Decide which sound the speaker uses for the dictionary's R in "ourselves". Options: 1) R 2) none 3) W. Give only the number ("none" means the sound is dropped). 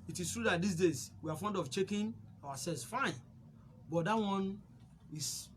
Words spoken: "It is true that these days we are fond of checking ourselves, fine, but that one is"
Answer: 3